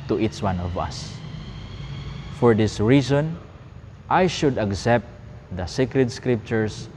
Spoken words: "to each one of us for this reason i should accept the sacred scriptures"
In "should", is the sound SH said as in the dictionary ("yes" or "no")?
yes